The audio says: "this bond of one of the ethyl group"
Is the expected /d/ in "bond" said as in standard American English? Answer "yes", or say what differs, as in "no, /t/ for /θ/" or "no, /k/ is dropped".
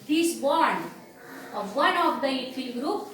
no, /d/ is dropped